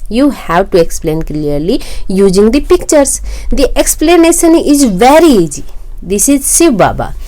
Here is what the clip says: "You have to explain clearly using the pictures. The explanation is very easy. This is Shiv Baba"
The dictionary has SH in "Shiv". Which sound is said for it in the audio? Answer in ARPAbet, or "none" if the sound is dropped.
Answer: S